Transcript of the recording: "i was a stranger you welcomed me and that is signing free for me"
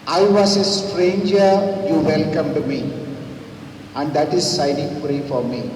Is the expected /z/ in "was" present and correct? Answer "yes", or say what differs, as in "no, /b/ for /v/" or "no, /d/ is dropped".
no, /s/ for /z/